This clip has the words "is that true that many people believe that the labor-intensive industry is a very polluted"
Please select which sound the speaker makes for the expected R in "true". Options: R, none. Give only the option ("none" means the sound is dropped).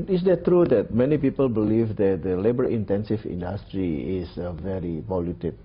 R